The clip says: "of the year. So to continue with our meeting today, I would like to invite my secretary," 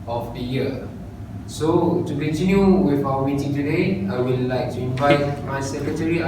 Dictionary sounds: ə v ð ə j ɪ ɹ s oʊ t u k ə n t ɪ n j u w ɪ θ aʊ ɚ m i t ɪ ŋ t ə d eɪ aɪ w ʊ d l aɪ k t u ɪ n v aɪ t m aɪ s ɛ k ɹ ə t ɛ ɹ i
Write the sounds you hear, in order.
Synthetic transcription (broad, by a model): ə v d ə j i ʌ s oʊ t u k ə n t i n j u w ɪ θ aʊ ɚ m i t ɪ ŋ t ə d eɪ aɪ w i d l aɪ k t u ɪ n v aɪ t m aɪ s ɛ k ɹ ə t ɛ ɹ i